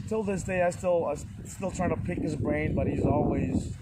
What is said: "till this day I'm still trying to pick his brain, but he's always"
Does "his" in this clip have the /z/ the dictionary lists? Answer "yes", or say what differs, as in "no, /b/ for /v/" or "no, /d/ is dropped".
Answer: yes